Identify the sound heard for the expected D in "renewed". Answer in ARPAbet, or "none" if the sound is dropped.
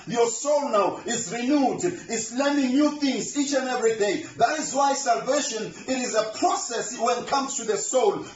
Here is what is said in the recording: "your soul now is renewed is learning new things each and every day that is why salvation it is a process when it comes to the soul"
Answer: D